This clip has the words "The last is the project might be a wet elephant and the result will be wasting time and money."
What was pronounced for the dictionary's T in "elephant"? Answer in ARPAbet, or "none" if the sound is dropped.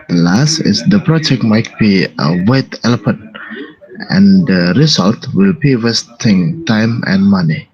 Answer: none